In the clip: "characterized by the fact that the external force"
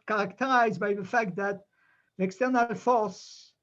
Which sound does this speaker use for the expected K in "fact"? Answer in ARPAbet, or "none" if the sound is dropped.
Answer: K